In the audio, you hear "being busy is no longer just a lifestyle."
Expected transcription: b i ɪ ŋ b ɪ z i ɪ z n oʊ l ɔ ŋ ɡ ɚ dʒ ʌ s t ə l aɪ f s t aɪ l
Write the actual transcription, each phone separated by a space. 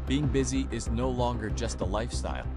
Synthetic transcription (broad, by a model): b i ɪ ŋ b ɪ z i ɪ z n oʊ l ɔ ŋ ɡ ɚ dʒ ʌ s t ə l aɪ f s t aɪ l